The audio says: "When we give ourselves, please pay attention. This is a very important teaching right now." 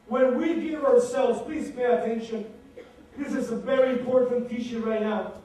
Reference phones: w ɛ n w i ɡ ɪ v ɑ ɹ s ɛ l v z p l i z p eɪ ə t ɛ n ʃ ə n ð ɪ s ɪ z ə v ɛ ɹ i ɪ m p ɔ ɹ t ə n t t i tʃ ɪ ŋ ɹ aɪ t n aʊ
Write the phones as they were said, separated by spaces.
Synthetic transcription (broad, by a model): w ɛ n w i ɡ ɪ v ɑ ɹ s ɛ l v z p l i z p eɪ ə t ɛ n ʃ ə n ð ɪ s ɪ z ə v ɛ ɹ i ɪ m p ɔ ɹ t n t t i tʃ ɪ ɹ aɪ t n aʊ